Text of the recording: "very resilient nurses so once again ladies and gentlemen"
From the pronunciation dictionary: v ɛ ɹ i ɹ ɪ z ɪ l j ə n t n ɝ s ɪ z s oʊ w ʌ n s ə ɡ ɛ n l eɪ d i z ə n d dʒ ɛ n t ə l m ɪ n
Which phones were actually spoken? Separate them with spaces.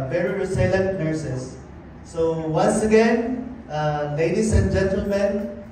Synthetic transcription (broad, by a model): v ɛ ɹ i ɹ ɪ s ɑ l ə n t n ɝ s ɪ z s oʊ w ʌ n s ə ɡ ɛ n l eɪ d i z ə n dʒ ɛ n t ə l m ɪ n